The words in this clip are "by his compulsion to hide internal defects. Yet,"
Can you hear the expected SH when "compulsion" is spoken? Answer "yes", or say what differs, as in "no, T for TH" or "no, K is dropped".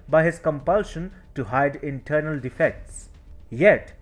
yes